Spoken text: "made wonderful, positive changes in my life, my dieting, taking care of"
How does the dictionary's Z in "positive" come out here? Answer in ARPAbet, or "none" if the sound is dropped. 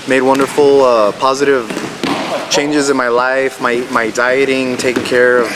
Z